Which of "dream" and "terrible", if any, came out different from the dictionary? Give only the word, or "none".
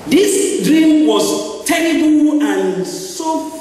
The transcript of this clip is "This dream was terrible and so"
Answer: terrible